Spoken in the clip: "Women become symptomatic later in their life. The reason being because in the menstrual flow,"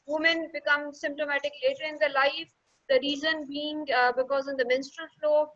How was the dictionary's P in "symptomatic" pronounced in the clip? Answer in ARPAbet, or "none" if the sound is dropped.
P